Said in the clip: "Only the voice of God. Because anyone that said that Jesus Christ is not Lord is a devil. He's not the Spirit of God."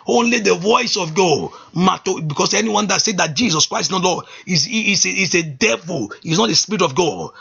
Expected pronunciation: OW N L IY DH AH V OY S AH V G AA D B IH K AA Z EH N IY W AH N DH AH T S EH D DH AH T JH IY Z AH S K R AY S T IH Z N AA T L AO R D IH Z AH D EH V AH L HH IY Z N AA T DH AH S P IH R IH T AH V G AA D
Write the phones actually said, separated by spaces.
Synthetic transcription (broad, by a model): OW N L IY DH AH V OY S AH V G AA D B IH K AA S EH N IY W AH N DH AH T S EH D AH T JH IY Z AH S K R AY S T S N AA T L AO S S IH S AH D EH V AH L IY S N AA T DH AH S P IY R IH T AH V G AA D